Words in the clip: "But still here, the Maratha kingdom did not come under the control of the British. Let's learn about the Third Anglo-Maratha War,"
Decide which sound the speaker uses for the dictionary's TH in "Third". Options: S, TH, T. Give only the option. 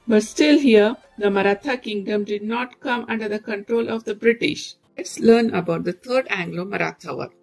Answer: T